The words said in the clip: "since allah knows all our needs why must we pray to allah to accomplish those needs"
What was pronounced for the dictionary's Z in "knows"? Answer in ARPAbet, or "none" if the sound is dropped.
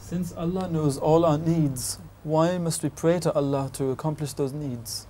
Z